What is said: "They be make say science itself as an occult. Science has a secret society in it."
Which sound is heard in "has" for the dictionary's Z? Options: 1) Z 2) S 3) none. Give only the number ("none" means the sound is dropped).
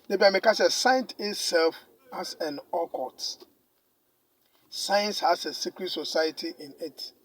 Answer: 2